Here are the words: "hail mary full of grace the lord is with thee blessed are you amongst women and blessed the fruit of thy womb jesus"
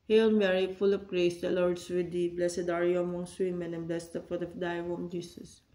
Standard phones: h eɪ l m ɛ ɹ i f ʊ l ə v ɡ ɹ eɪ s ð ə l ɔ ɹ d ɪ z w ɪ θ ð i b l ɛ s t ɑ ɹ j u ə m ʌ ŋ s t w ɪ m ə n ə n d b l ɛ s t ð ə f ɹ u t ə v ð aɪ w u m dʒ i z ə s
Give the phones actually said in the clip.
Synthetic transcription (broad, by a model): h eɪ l m ɛ ɹ i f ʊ l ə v ɡ ɹ eɪ s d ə l ɔ ɹ d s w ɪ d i b l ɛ s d ɑ ɹ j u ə m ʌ ŋ s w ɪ m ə n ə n b l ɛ s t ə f u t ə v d aɪ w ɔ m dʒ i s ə s